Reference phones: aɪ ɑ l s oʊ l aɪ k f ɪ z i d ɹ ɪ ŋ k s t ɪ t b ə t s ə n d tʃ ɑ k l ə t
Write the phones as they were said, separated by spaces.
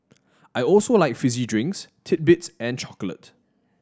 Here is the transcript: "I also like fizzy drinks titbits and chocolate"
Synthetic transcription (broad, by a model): aɪ ɑ l s oʊ l aɪ k f ɪ z i d ɹ ɪ ŋ k s t ɪ t b ə t s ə n tʃ ɑ k l ə t